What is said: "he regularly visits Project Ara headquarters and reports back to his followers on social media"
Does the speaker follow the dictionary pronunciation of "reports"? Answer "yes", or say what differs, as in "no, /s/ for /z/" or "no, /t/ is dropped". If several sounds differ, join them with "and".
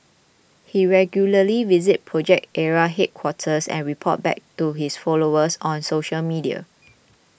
no, /s/ is dropped